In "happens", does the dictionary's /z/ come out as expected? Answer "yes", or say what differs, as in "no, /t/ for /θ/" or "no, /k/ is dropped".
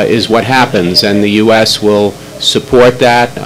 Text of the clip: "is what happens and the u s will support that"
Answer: yes